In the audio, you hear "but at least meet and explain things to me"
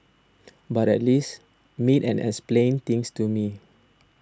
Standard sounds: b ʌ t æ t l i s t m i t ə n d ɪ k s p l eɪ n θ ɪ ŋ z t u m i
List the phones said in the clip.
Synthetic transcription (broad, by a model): b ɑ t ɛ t l i s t m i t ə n ɪ k s p l eɪ n t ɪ ŋ s t u m i